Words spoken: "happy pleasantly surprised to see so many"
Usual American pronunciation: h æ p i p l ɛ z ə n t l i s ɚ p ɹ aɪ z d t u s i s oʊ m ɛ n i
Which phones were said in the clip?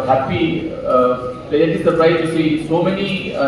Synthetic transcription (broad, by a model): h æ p i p ɛ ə t i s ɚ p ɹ aɪ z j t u s i s oʊ m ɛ n i